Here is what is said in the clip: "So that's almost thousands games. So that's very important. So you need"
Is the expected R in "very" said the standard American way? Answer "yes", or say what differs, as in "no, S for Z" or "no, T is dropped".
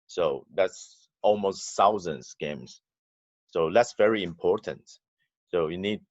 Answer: yes